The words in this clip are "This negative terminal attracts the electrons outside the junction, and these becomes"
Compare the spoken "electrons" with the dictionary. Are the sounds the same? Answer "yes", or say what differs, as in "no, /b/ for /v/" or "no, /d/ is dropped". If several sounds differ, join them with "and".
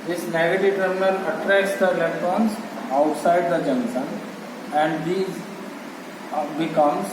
no, /k/ is dropped